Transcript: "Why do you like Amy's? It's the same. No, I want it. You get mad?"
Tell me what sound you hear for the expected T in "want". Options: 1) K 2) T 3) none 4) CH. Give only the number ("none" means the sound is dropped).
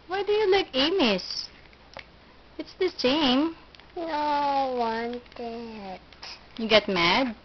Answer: 2